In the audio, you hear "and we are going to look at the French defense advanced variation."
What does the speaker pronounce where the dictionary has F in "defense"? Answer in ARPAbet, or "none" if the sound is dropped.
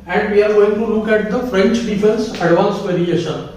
P